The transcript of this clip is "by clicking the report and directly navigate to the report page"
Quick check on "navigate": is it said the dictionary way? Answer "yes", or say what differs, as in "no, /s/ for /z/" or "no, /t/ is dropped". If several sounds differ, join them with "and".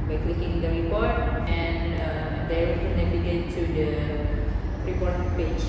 no, /b/ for /v/